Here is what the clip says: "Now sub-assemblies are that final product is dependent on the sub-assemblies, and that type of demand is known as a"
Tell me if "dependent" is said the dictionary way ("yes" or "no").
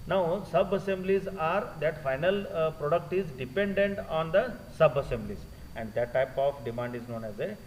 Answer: yes